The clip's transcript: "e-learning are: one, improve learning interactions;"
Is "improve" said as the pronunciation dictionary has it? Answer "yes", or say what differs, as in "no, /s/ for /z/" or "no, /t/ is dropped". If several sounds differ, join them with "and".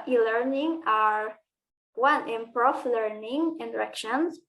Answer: no, /f/ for /v/